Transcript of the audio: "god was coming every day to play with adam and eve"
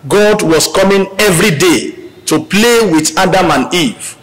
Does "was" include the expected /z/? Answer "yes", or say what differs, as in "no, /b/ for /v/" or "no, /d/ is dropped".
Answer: no, /s/ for /z/